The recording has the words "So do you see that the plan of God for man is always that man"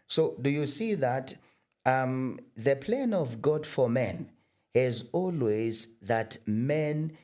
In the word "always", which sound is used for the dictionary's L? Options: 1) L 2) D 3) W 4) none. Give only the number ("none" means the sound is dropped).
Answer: 1